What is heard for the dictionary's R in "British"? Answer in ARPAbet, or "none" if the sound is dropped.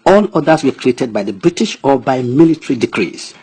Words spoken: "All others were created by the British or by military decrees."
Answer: R